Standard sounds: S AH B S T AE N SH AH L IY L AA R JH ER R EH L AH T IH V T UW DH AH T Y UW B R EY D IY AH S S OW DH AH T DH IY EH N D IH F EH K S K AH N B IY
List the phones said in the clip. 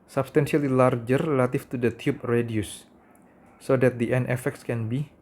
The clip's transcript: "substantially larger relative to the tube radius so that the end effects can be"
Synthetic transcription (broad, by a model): S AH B S T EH N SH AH L IY L AA R JH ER R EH L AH T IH F T UW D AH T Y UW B R EY D IY AH S S OW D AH T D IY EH N IH F EH K S K AH N B IY